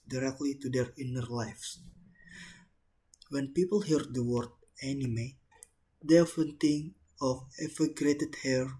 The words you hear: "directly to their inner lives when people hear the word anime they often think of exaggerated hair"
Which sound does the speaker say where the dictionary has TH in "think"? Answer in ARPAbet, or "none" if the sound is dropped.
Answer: T